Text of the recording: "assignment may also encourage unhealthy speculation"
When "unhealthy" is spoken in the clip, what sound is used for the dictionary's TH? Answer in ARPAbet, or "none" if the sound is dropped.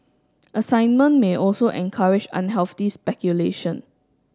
F